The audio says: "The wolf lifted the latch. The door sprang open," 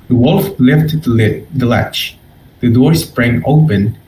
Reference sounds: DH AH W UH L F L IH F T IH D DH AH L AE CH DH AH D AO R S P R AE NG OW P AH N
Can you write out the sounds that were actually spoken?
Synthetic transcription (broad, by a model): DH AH W UH L F L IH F T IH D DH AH L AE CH DH AH D AO R S P R AE NG OW P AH N